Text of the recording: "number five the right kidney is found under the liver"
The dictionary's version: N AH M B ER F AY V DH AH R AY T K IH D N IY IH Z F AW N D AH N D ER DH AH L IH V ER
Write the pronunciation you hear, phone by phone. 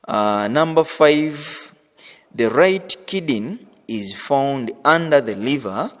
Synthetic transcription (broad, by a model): N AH M B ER F AY V DH AH R AY T K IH D N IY IH Z F AW N D AH N D ER DH AH L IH V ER